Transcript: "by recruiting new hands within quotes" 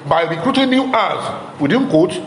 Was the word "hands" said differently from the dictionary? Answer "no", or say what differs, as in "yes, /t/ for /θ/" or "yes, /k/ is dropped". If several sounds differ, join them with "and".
yes, /n/ is dropped